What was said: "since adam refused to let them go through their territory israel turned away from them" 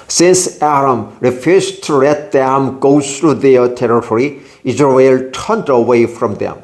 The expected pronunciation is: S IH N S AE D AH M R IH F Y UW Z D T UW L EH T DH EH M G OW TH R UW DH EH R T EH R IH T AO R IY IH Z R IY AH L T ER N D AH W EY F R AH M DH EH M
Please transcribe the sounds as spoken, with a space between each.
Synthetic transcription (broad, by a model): S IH N S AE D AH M R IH F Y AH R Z T UW L EH T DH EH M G OW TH R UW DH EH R T EH R IH T AO R IY IH Z R IY AH L T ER N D AH W EY F R AH M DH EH M